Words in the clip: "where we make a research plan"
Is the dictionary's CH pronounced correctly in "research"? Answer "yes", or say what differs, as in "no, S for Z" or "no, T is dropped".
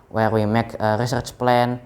yes